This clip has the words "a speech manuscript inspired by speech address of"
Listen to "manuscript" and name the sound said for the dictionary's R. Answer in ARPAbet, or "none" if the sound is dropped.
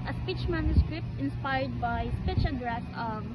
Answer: R